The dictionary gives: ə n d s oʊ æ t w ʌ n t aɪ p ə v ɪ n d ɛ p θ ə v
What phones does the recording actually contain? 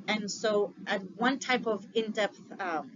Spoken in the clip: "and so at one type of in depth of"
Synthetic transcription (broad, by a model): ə n s oʊ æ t w ʌ n t aɪ p ə v ɪ n d ɛ p θ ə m